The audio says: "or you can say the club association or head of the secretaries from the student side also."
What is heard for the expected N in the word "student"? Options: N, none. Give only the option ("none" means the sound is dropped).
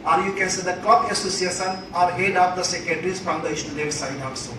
none